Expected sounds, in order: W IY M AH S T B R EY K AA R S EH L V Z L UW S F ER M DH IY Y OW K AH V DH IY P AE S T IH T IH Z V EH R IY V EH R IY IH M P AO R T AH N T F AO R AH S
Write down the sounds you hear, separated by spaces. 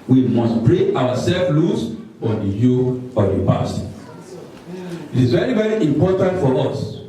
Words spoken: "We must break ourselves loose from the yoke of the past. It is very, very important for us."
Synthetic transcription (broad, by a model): W IY M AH S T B R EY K AA W S EH L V L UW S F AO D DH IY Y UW AH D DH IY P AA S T IH T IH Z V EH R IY V EH R IY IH M P AO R T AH N T F AO R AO S